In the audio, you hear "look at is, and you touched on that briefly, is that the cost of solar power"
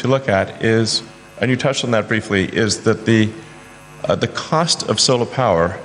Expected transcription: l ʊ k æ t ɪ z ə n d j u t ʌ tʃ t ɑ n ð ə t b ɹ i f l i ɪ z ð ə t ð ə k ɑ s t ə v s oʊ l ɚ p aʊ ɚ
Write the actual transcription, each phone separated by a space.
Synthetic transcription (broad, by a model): l ʊ k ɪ t ɪ z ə n j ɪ t ʌ tʃ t n ð ə t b ɹ i f l i ɪ z ð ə t ð ə k ɑ s t ə v s oʊ l ɚ p aʊ ɚ